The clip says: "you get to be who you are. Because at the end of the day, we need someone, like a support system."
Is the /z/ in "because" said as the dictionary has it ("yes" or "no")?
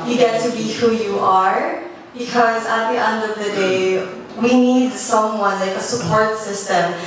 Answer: yes